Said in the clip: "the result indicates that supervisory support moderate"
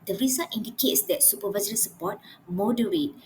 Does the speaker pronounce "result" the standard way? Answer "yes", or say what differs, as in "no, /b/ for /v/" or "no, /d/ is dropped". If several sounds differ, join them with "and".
no, /l/ is dropped